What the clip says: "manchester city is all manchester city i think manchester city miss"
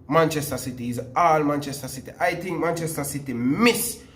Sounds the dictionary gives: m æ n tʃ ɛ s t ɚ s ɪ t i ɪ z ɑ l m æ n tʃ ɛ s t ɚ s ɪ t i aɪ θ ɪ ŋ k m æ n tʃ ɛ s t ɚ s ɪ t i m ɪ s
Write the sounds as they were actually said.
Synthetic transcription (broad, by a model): m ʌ n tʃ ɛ s t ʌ s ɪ t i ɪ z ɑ l m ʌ n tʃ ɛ s t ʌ s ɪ t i aɪ t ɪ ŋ m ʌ n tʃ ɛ s t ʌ s ɪ t i m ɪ s